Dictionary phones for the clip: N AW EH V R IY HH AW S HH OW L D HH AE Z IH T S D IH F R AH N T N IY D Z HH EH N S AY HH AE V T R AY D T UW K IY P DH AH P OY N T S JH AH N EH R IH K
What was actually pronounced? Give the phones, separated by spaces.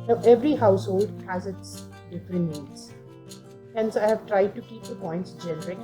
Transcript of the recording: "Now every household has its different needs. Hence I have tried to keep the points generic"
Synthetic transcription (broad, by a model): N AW EH V R IY HH AW S HH OW L D HH AE Z IH T S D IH F R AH N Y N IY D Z HH EH N S AY HH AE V T R AY D T UW K IY P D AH P OY N T S JH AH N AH R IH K